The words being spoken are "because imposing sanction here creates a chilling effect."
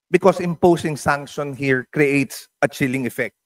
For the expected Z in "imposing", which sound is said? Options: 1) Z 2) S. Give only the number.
2